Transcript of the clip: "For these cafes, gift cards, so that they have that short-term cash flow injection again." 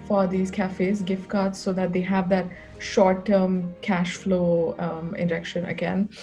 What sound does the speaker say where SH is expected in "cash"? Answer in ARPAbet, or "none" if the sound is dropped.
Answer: SH